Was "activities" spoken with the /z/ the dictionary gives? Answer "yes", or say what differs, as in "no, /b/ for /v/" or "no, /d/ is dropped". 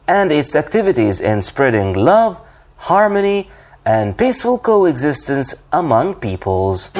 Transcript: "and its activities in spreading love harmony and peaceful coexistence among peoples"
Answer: yes